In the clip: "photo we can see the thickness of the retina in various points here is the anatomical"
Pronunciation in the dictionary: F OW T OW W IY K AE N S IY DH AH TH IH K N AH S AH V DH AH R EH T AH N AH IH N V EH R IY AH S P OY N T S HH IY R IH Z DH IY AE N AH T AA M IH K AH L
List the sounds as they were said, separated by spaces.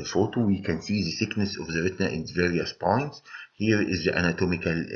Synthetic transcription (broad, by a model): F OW T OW W IY K AE N S IY DH AH S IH K N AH S AH V DH AH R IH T N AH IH N V EH R IY AH S P OY N T S HH IY R IH Z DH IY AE N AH T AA M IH K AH L